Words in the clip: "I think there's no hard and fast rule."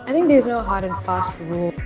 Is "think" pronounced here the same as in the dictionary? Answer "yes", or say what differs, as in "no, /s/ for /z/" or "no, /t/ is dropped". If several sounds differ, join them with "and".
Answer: yes